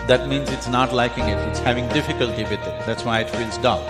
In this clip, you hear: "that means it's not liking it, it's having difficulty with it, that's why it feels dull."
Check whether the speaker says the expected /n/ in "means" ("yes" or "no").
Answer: yes